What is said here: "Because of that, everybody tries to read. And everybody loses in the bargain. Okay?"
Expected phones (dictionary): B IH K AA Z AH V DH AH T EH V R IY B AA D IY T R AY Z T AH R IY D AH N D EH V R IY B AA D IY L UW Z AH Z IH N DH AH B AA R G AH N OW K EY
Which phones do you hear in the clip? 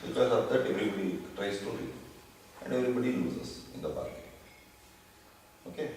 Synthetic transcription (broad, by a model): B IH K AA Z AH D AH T EH V R IY B AA D IY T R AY S T AH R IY AH N D EH V R IY B AA D IY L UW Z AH S IH N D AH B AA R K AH OW K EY